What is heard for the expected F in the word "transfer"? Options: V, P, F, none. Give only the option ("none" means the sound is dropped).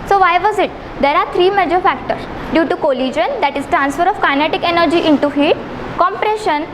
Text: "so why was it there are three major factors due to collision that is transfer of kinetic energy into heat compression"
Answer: F